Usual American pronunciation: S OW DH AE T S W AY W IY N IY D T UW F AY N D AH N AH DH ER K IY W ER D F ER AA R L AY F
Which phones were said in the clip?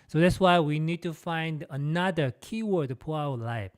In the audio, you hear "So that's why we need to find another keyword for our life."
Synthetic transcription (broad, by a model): S OW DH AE T S W AY W IY N IY D T UW F AY N D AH N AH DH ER K IY W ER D P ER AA W L AY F